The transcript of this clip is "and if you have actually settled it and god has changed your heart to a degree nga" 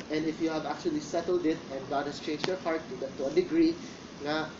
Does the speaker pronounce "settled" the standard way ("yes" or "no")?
yes